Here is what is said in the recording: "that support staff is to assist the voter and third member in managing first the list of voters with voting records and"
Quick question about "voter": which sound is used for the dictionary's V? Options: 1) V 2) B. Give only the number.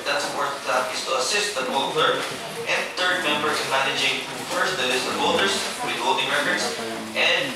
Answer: 2